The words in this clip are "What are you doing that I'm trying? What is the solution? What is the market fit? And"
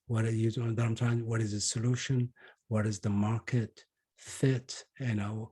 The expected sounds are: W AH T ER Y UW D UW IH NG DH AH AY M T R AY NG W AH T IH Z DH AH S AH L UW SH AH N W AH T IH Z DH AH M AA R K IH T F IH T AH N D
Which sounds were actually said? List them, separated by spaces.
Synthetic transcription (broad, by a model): W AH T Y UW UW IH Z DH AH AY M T AY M W AH T IH Z DH AH S AH L UW SH AH N W AH T IH Z DH AH M AA R K IH T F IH T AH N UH